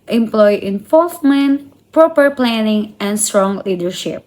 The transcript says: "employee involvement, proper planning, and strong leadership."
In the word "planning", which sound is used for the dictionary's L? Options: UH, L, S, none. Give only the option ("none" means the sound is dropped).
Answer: L